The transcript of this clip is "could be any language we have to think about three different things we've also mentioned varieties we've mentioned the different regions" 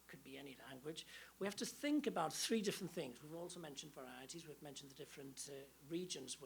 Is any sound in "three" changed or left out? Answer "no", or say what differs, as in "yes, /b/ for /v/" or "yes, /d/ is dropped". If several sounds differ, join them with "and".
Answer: no